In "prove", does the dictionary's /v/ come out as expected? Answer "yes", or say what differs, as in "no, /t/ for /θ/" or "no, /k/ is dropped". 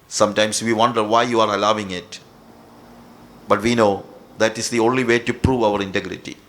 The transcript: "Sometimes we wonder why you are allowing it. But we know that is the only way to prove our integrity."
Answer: yes